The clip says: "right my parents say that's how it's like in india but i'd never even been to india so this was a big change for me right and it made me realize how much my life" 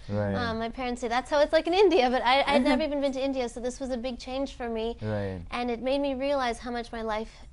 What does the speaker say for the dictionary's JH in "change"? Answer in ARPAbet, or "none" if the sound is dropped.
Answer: ZH